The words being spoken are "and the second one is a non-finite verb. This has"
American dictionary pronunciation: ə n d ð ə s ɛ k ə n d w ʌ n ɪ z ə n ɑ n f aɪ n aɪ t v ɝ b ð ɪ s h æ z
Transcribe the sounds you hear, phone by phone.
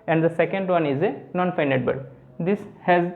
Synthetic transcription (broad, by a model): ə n d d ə s ɛ k ə n d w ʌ n ɪ z ə n ɑ n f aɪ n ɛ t b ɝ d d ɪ s h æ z